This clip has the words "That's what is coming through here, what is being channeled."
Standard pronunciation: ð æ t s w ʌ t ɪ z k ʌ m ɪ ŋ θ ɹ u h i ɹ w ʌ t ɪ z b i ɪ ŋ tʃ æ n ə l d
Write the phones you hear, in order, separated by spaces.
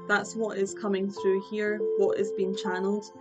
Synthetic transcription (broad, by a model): ð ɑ t s w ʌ t ɪ z k ʌ m ɪ ŋ θ ɹ u h i ɹ w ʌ t ɪ z b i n tʃ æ n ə l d